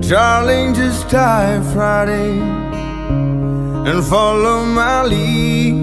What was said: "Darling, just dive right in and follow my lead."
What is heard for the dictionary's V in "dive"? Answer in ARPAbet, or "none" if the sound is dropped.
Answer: F